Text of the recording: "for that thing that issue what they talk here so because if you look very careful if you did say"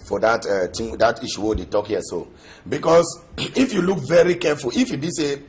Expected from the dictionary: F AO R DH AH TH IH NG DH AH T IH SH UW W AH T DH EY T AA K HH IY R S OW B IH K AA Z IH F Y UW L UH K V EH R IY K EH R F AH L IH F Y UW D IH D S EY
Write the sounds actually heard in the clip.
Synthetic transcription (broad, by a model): F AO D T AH T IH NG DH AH T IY SH UW W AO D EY T AA K HH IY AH S OW B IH K AA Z IH F Y UW L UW K V EH R IY K EH F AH L IH F Y UW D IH S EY